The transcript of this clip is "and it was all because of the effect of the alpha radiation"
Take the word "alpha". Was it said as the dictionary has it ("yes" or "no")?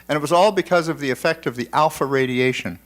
yes